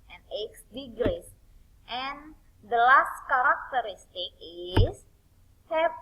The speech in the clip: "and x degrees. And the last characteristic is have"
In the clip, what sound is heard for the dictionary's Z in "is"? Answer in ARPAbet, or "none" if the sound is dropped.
S